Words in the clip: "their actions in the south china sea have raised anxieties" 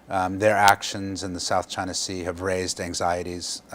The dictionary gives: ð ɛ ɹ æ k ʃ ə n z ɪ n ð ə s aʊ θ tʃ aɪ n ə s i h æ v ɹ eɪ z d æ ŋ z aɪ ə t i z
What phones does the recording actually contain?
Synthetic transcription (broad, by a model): ð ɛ ɹ æ k ʃ ə n z ɪ n ð ə s aʊ θ tʃ aɪ n ə s i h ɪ v ɹ eɪ z d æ ŋ z aɪ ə t i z